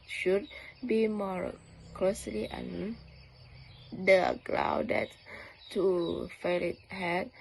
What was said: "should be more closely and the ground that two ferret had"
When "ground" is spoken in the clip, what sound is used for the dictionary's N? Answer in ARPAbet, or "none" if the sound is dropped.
none